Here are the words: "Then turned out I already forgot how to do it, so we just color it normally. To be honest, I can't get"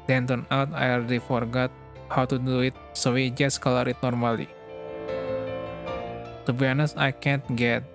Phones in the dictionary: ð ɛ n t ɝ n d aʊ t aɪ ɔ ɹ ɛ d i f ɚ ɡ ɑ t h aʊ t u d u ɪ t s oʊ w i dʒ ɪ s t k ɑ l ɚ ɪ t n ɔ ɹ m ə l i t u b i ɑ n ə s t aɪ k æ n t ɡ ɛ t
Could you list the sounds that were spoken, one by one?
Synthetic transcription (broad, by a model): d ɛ n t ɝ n aʊ t aɪ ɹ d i f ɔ ɡ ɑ t h aʊ t u d u ɪ t s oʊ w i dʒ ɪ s k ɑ l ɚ ɪ t n ɔ ɹ m ə l i t u b i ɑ n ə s aɪ k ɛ n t ɡ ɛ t